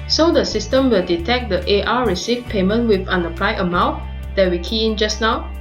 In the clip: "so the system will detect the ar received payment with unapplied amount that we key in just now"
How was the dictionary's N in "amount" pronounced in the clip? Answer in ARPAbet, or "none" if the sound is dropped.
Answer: none